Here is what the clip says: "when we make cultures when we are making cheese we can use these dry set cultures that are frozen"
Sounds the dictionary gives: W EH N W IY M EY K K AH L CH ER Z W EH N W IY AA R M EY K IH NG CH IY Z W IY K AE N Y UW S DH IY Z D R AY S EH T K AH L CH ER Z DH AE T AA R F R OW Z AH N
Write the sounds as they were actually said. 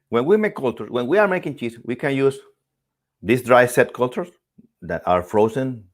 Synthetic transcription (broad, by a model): W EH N W IY M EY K K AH L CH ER S W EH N W IY AA R M EY K IH NG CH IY S W IY K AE N Y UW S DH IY S D R AY S EH T K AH L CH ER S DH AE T AA R F R OW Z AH N